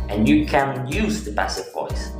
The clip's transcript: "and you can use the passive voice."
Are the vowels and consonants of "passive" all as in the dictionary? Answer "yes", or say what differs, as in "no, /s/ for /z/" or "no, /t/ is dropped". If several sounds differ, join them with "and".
no, /b/ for /p/